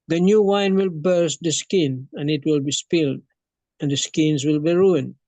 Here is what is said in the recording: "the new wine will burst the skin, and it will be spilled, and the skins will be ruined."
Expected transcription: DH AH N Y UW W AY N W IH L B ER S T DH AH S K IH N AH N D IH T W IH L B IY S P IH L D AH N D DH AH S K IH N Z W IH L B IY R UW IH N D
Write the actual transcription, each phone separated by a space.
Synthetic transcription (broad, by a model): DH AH N Y UW W AY N W IH L B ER S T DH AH S K IH N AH N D IH T W IH L B IY S P IH L D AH N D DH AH S K IH N Z W IH L B IY R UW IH N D